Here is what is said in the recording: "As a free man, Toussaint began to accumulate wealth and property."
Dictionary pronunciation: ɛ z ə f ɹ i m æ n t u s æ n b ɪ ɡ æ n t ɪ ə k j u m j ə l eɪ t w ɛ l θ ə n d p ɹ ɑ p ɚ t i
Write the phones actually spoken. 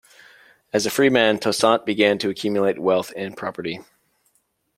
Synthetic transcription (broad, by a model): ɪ z ə f ɹ i m æ n t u s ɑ n b ɪ ɡ æ n t ɪ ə k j u m j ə l eɪ t w ɛ l θ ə n p ɹ ɑ p ɚ t i